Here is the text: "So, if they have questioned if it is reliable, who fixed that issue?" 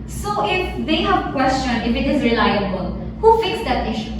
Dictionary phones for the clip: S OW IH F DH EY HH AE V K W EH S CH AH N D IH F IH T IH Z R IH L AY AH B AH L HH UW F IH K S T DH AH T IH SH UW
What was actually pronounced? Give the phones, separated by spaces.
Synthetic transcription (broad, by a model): S OW IH F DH EY HH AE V K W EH S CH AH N IH F IH T IH Z R IH L AY AH B AH L HH UW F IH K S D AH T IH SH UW